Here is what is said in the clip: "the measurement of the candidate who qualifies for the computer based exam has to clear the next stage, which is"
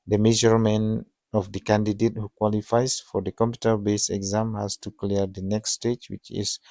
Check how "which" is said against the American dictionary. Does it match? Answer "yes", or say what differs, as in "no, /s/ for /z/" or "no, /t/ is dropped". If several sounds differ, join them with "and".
yes